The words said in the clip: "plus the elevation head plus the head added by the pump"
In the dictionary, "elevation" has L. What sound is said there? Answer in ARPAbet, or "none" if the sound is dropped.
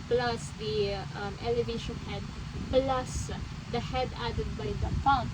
L